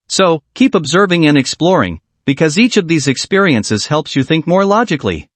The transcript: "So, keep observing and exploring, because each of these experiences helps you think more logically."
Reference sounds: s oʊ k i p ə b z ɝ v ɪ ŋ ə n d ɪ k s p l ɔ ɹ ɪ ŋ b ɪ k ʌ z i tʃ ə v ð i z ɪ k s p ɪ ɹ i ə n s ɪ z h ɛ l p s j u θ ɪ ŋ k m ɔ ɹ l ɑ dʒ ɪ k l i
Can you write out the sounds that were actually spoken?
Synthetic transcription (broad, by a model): s oʊ k i p ə b z ɝ v ɪ ŋ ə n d ɪ k s p l ɔ ɹ ɪ ŋ b ɪ k ʌ z i tʃ ə v ð i z ɪ k s p ɪ ɹ i ə n s ɪ z h ɛ l p s j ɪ θ ɪ ŋ k m ɔ ɹ l ɑ dʒ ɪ k l i